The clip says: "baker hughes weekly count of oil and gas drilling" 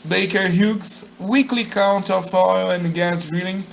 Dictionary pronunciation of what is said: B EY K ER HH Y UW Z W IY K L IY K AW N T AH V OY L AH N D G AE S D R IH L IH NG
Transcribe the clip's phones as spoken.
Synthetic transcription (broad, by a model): B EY K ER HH Y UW S W IY K L IY K AW N T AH F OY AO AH N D G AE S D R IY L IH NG